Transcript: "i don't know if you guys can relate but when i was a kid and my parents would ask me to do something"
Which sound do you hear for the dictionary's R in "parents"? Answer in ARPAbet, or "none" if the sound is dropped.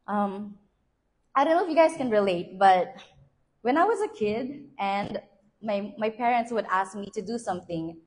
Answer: R